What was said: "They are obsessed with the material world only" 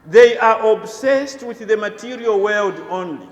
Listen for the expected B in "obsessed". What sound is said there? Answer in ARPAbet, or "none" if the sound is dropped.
B